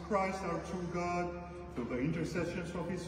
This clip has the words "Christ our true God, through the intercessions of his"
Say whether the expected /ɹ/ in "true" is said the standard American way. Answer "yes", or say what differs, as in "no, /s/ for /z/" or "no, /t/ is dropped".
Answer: no, /ɹ/ is dropped